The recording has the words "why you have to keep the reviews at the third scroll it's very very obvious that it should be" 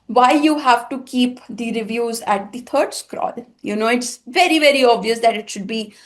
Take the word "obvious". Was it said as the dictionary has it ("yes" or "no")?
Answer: yes